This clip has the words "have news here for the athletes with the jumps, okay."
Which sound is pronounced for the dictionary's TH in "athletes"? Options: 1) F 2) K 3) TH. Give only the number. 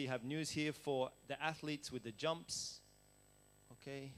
3